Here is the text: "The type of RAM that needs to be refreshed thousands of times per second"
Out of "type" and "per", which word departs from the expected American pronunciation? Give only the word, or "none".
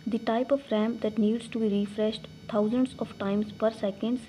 none